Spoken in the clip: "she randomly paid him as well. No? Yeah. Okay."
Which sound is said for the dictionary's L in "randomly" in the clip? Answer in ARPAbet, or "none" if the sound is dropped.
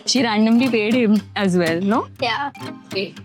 L